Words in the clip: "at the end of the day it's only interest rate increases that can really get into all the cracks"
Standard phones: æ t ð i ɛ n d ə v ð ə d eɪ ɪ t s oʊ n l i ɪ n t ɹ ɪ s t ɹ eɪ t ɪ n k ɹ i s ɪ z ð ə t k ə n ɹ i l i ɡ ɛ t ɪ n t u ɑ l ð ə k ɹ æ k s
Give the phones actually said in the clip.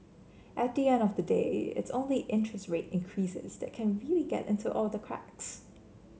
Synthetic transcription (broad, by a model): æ t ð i ɛ n d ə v ð ə d eɪ ɪ t s oʊ n l i ɪ n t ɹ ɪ s t ɹ eɪ t ɪ n k ɹ i s ɪ z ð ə t k ə n ɹ i l i ɡ ɛ t ɪ n t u ɑ l ð ə k ɹ æ k s